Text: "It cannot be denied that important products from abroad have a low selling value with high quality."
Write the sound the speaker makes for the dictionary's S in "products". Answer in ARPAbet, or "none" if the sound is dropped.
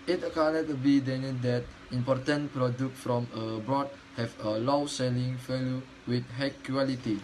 none